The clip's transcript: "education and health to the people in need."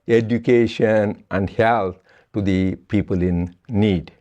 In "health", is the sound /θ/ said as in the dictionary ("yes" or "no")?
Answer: no